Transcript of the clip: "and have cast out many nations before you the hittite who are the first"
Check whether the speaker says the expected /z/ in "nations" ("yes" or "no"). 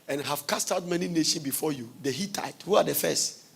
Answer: no